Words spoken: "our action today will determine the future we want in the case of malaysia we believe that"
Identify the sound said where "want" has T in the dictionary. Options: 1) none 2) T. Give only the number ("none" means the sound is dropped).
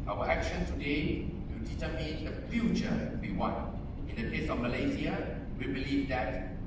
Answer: 1